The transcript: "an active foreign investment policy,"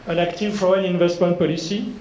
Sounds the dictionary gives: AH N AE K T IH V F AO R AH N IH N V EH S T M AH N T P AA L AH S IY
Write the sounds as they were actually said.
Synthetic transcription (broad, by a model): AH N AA K T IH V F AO AH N IH N V EH S T M AH N T P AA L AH S IY